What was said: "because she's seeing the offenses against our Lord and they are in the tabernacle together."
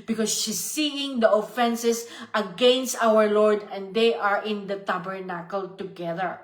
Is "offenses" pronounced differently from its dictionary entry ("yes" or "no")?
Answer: yes